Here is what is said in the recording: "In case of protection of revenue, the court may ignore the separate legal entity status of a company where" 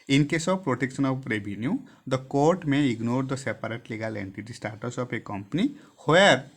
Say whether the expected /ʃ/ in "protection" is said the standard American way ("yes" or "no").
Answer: no